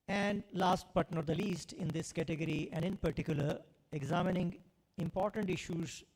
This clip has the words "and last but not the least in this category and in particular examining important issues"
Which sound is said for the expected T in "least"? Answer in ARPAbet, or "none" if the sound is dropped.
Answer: T